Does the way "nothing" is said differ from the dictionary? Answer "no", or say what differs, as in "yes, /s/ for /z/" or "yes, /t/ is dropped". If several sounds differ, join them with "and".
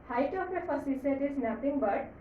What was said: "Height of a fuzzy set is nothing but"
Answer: yes, /t/ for /θ/